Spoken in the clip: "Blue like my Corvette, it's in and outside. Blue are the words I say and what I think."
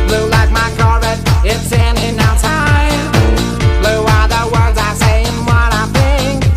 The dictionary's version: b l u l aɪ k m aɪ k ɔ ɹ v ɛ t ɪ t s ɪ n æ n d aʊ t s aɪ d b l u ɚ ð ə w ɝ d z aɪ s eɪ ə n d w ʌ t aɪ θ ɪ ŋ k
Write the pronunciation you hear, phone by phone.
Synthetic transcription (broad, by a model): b l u l aɪ k m aɪ k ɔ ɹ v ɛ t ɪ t s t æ n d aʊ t aɪ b l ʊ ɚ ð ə w ɝ d z aɪ s eɪ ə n w ʌ t aɪ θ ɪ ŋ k